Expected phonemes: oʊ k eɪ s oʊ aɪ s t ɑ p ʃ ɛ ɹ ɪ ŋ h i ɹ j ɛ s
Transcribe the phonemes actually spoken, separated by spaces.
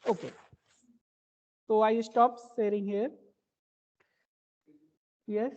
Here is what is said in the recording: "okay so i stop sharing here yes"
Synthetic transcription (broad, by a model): oʊ k eɪ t oʊ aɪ s t ɑ p s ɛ ɹ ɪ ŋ h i ɹ j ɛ s